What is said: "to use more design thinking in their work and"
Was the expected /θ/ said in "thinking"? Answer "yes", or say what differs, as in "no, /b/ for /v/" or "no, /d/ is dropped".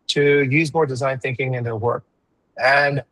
yes